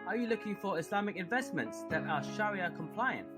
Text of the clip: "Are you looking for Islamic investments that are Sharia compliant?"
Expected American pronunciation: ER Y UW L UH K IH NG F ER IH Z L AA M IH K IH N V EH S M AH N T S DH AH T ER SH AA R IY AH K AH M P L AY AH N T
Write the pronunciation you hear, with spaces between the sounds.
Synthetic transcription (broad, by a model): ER Y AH L UH K IH NG F ER IH S L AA M IH K IH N V EH S M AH N T S DH AH T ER SH AA R IY AH K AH M P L AY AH N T